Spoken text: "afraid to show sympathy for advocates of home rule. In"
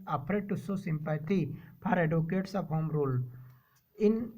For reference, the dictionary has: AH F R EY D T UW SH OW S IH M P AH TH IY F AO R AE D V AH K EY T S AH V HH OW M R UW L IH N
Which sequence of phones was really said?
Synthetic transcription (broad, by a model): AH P R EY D T UW S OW S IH M P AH T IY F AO R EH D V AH K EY T S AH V HH OW M R UW L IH N